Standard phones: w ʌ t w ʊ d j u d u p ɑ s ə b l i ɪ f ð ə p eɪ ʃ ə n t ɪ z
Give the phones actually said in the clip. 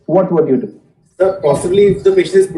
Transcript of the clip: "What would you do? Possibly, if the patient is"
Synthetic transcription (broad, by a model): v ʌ t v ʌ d j u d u p ɑ s ə b l i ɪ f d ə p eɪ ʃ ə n ɪ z